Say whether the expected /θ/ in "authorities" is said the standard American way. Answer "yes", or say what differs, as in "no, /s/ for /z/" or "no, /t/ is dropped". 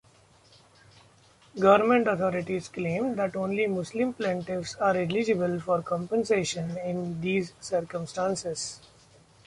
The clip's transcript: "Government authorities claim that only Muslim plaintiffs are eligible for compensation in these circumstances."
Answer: no, /t/ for /θ/